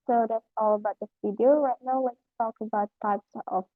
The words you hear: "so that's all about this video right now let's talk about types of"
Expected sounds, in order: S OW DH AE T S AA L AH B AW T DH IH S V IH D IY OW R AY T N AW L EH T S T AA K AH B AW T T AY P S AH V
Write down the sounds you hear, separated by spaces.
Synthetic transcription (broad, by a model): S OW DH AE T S AA L AH B AW T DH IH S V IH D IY OW R AY T N AW W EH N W T AA K AH B AW T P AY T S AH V